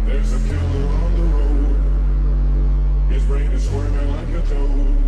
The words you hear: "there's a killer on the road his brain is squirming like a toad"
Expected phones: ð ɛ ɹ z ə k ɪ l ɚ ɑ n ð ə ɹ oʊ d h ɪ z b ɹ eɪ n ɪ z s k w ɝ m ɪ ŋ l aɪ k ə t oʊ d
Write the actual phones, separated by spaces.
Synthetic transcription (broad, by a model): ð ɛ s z ə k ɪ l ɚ ɑ n ð ə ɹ oʊ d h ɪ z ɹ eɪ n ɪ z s w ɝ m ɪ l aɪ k ə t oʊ